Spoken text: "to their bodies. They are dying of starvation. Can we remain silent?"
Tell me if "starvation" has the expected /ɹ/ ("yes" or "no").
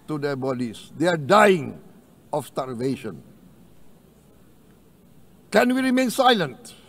no